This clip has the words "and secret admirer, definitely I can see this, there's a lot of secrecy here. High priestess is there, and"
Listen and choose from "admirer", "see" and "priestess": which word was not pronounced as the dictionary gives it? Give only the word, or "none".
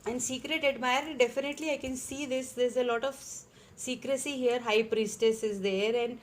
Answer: admirer